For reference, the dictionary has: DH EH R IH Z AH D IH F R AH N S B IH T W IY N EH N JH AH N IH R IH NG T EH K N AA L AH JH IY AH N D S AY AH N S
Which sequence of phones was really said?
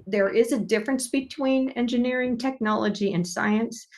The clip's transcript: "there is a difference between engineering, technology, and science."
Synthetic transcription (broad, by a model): DH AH R IH Z AH D IH F R AH N S B IH T W IY N EH N JH AH N IH R IH NG T EH K N AA L AH JH IY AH N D S AY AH N S